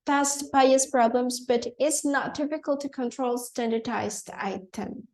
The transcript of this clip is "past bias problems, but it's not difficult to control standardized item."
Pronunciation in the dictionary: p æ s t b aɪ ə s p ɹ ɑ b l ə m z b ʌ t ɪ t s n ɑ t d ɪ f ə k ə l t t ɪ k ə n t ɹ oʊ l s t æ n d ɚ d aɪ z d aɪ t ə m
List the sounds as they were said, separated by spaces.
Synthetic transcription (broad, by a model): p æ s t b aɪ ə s p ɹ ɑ b l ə m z b ʌ t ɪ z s n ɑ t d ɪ p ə k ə l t t ɪ k ə n t ɹ oʊ l s t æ n d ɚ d aɪ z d aɪ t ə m